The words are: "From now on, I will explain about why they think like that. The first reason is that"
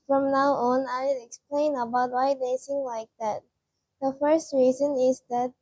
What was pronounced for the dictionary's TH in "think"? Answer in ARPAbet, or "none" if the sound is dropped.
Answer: S